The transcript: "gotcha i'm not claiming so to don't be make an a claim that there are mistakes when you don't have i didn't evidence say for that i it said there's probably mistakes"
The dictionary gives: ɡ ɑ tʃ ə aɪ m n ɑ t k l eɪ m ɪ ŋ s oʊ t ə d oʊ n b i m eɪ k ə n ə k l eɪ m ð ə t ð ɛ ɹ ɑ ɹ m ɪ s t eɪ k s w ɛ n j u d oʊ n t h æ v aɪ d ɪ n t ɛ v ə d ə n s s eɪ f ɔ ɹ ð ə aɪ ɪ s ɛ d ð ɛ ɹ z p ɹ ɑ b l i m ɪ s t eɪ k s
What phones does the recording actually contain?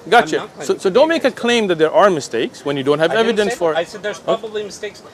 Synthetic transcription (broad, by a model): ɡ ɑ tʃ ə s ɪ s oʊ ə d oʊ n m eɪ ə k ə k l eɪ m ð ə t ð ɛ ɹ ɑ ɹ m ɪ s t eɪ k s w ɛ n j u d oʊ n t h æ v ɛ v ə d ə n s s f ɔ ɹ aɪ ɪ s ɛ d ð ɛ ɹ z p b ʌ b l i m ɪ s t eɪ k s